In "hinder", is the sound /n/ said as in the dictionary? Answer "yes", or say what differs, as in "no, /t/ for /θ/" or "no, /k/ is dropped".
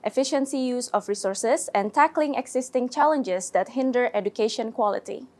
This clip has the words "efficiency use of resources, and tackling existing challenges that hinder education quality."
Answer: yes